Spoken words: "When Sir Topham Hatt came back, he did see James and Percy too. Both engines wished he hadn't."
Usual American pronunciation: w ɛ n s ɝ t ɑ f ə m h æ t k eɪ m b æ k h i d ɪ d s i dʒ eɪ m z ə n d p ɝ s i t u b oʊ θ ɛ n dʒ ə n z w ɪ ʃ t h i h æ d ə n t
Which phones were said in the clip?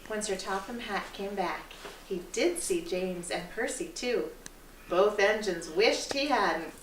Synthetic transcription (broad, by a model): w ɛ n s ɝ t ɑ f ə m h æ t k eɪ m b æ k h i d ɪ d s i dʒ eɪ m z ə n p ɝ s i t u b oʊ θ ɛ n dʒ ə n z w ɪ ʃ t h i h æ d n t